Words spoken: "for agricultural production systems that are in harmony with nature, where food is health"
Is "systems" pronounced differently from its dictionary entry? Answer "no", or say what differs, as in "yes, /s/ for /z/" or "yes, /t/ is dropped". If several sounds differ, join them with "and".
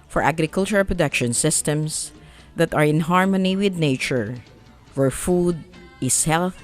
yes, /s/ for /z/